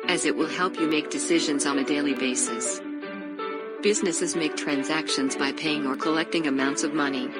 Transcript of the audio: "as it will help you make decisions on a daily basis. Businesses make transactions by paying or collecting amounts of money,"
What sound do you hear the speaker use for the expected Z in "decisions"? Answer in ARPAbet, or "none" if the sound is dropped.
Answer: Z